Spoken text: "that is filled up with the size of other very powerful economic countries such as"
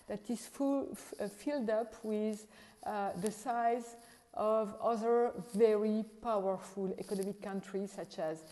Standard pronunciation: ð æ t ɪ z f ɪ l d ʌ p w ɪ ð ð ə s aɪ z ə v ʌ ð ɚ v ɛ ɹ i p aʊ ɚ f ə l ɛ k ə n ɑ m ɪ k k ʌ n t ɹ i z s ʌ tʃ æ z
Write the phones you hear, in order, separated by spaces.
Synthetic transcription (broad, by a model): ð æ t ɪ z f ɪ l d ʌ p w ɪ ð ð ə s aɪ z ə v ʌ ð ɚ v ɛ ɹ i p aʊ ɚ f ə l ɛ k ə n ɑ m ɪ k k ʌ n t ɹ i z s ʌ tʃ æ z